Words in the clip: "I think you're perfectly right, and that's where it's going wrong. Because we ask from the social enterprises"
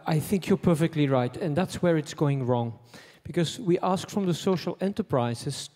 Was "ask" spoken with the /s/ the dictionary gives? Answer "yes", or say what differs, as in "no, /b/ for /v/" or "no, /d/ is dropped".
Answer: yes